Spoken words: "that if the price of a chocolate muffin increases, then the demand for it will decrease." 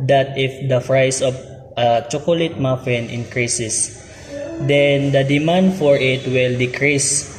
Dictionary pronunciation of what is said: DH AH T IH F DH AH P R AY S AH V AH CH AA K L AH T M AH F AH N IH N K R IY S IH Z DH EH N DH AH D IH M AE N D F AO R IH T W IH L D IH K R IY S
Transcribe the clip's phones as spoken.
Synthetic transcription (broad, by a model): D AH T IH F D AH F R AY S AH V AH CH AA K L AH T M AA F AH N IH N K R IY S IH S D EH N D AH D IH M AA N D F AO R IH T W IH L D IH K R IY S